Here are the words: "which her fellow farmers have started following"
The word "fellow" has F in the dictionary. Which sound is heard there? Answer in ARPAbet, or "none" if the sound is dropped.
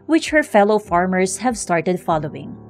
F